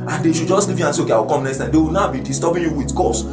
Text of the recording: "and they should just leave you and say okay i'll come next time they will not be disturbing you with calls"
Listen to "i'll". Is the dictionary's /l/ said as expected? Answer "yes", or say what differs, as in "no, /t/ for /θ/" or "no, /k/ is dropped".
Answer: no, /w/ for /l/